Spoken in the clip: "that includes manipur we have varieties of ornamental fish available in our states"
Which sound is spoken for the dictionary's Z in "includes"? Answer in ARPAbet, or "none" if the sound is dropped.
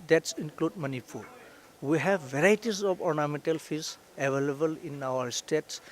none